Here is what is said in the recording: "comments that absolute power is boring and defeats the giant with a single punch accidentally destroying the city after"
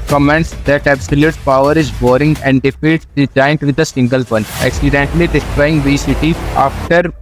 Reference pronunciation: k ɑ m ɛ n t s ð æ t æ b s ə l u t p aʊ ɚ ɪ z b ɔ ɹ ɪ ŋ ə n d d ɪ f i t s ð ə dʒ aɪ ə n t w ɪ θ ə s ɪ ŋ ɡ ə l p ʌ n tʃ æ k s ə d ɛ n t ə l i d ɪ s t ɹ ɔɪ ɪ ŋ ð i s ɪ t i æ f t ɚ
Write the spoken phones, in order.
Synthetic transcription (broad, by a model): k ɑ m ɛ n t s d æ t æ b s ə l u t p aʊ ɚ ɪ z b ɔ ɹ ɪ ŋ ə n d d ɪ f i t s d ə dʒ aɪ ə n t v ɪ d ə s ɪ ŋ ɡ ə l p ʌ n ɛ k s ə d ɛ n t l i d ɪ s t ɹ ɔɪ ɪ ŋ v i s ɪ t i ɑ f t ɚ